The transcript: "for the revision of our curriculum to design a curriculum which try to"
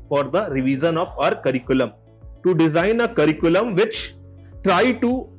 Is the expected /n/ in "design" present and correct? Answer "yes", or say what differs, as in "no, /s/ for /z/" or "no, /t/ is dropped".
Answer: yes